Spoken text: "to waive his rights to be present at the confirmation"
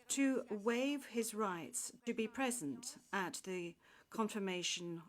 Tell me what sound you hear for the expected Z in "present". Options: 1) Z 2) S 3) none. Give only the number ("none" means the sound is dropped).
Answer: 1